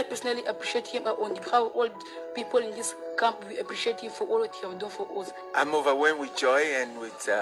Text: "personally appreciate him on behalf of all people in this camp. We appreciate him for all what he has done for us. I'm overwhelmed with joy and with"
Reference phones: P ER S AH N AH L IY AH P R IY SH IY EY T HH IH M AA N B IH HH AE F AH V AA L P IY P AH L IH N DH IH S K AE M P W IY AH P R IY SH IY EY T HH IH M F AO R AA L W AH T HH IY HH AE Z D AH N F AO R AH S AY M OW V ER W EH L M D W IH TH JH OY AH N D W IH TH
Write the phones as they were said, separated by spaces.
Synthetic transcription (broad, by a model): P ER S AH N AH L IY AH P R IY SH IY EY T HH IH M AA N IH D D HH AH W AA L P IY P AH L IH N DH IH S K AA M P W IY AH P R IY SH IY EY T HH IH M F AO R AA L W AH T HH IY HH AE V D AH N F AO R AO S AY M OW V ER W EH M W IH JH OY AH N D W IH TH